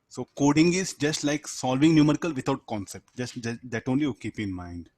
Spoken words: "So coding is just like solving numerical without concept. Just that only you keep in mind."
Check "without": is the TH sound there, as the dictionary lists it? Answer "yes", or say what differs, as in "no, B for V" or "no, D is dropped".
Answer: no, T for TH